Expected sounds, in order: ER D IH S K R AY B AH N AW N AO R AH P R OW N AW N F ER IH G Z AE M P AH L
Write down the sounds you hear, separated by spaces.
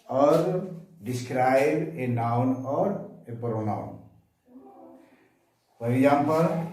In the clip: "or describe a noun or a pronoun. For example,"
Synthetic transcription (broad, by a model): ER D IH S K R AY B AH N AW N AO R AH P R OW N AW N P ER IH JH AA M P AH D